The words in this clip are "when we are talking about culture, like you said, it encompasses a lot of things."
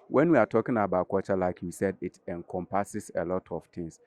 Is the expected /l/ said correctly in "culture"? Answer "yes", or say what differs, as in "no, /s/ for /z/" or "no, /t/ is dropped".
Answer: no, /l/ is dropped